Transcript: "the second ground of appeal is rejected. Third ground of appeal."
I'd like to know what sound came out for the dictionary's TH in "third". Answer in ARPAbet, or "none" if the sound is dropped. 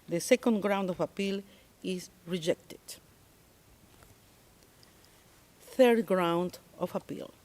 TH